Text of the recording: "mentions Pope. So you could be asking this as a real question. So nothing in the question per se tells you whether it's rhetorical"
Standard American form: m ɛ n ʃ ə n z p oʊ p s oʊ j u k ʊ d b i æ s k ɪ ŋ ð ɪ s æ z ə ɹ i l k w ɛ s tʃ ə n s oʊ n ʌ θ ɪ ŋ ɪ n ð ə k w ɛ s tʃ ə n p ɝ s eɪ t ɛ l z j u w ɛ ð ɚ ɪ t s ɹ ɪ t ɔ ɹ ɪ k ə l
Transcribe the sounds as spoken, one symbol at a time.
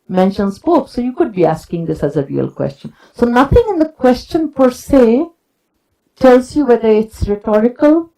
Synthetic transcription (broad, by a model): m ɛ n ʃ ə n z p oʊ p s oʊ j u k ʊ d b i æ s k ɪ ŋ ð ɪ s æ z ə ɹ i l k w ɛ s tʃ ə n s oʊ n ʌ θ ɪ ŋ ɪ n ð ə k w ɛ s tʃ ə n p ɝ s eɪ t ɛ l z j u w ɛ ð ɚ ɪ t s ɹ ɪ t ɔ ɹ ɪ k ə l